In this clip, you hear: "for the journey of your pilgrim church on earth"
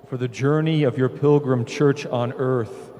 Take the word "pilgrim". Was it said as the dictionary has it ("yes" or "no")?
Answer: yes